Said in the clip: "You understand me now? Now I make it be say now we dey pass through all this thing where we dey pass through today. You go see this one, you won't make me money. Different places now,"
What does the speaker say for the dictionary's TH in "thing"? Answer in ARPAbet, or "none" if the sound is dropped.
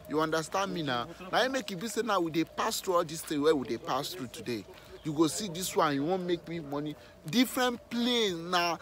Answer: T